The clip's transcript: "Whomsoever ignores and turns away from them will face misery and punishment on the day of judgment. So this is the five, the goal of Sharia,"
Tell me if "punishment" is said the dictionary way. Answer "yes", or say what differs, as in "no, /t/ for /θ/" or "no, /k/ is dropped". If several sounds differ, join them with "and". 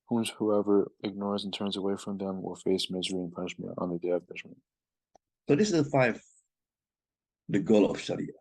yes